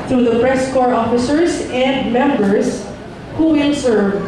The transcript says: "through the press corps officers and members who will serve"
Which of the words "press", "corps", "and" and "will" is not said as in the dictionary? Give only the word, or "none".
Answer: none